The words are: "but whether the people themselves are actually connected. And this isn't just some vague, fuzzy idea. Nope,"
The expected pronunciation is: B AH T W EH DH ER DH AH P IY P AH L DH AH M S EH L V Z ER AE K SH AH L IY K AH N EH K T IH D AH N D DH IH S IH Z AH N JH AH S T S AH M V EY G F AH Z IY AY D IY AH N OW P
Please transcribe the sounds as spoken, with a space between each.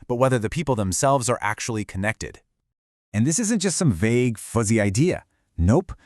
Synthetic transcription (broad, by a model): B AH T W EH DH ER DH AH P IY P L DH AH M S EH L V Z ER AE K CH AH L IY K AH N EH K T IH D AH N DH IH S IH Z AH N JH AH S T S AH M V EY G F AH Z IY AY D IY AH N OW P